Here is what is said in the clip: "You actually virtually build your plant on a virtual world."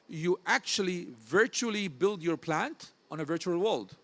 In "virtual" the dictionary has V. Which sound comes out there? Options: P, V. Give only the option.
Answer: V